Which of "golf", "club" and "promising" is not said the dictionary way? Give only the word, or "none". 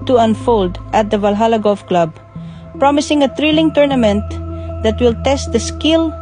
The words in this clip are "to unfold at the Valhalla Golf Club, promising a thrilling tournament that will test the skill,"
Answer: golf